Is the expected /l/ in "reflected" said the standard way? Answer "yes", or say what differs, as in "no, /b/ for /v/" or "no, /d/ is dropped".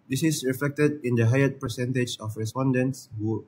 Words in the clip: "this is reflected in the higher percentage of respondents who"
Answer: yes